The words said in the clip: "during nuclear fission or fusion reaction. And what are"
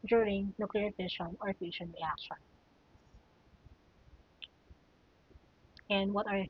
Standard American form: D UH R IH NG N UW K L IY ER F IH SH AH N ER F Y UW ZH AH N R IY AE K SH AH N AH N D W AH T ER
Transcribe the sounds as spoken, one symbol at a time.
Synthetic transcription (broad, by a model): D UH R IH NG N UW K L IY ER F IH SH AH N ER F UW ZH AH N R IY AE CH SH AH AH N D W AH T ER